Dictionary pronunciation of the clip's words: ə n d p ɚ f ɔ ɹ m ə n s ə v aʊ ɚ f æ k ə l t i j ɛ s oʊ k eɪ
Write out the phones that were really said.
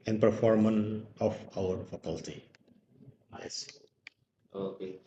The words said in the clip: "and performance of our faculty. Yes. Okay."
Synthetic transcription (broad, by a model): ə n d p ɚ f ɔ ɹ m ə n ə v aʊ ɚ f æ k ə l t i j ɛ s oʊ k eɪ